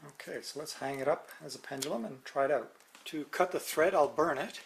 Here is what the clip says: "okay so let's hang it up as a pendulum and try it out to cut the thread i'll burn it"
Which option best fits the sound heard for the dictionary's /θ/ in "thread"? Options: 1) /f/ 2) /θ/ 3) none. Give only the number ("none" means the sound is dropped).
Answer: 2